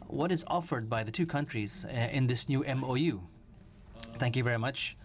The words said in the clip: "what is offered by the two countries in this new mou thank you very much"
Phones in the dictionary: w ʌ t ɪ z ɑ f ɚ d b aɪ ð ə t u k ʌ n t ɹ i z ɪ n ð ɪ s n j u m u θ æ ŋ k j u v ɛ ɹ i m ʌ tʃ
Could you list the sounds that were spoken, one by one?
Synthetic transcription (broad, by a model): w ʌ t ɪ z ɑ f ɚ d b aɪ ð ə t u k ʌ n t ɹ i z ɪ n ð ɪ s n j u m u θ æ ŋ k j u v ɛ ɹ i m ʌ tʃ